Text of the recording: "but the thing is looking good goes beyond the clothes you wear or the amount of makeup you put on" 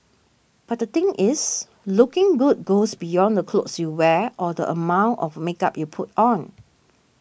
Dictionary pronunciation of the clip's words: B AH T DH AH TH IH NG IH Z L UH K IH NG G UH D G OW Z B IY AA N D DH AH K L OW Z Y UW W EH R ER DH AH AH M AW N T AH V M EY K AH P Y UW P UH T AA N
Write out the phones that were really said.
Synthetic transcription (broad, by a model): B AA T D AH T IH NG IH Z L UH K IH NG G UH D G OW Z B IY AA N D AH K L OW S Y UW W EH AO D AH AH M AW N T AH F M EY K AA P Y UW P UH T AA N